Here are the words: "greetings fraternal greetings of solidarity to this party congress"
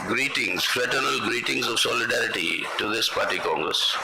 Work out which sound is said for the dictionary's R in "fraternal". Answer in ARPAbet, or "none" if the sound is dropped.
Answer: R